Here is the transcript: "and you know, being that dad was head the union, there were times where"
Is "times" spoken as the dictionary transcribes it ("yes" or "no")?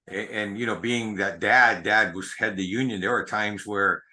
yes